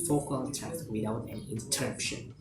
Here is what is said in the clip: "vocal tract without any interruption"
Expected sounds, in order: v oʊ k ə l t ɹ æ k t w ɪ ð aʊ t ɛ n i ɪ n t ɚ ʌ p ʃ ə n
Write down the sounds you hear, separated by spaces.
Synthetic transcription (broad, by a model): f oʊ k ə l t æ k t w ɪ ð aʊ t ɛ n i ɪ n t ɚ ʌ p ʃ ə n